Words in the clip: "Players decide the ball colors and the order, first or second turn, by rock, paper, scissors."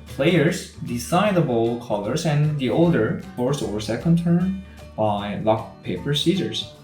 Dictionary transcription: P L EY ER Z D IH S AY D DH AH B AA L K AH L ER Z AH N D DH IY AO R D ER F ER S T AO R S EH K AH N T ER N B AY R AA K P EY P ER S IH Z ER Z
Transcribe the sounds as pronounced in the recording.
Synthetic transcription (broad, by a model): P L EY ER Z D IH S AY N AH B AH L K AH L ER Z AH N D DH IY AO L D ER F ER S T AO R S EH K AH N T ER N B AY L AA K P EY P ER S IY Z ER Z